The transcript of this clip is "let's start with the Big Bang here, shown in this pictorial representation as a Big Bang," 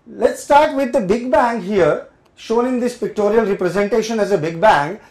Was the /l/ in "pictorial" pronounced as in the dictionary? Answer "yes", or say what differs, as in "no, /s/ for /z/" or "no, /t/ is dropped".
yes